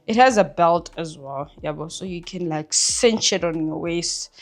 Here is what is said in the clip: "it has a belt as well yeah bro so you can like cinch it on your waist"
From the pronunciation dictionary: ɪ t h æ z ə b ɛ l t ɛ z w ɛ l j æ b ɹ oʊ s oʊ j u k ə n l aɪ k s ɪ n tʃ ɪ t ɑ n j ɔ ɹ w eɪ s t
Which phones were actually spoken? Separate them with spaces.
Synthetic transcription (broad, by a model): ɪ t h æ z ə b ɛ l t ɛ z w ɛ l j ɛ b oʊ s oʊ j u k ə n l aɪ k s ɪ n tʃ ɪ t ɑ n j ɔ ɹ w eɪ s t